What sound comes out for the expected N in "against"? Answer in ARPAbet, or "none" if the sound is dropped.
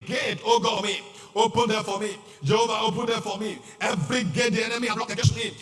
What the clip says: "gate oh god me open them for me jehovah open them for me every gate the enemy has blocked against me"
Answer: none